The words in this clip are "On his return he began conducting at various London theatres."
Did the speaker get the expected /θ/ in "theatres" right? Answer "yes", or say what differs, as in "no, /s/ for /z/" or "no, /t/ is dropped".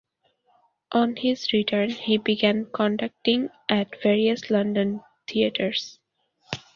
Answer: no, /t/ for /θ/